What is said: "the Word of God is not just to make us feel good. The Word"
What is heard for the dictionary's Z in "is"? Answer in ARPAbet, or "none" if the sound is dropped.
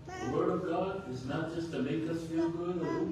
Z